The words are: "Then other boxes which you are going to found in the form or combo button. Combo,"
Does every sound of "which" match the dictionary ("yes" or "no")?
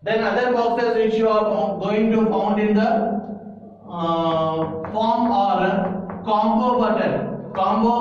no